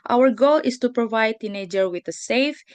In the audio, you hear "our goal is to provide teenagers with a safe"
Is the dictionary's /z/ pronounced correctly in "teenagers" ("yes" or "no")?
no